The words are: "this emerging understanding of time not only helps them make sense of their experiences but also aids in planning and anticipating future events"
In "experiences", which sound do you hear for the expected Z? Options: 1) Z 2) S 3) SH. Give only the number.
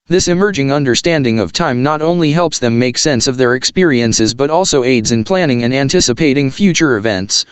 1